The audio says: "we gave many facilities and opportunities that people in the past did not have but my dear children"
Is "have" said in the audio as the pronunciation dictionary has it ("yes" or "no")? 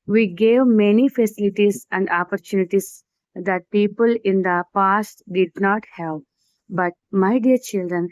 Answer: no